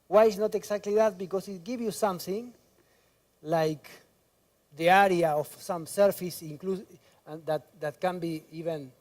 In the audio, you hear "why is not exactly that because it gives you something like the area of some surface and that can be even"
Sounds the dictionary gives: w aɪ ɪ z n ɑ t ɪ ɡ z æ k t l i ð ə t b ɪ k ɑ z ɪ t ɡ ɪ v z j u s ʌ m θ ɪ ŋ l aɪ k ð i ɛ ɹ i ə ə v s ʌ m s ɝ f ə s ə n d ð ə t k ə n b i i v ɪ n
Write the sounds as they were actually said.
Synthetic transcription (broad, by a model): w aɪ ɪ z n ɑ t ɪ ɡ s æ k t l i ð ə t b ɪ k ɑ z ɪ t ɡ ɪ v j u s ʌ m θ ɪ ŋ l aɪ k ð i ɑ ɹ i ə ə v s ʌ m s ɝ f ə s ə l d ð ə t k ə n b i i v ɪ n